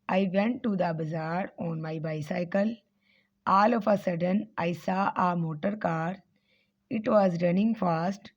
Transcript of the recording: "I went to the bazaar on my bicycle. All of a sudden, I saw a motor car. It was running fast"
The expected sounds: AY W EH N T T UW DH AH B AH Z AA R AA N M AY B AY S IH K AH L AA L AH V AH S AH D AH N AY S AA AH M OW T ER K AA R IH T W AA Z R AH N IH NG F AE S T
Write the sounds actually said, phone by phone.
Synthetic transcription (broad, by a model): AY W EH N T T UW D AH B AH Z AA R AA N M AY B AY S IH K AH L AA L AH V AH S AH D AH N AY S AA AH M OW T ER K AA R IH T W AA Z R AH N IH NG F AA S T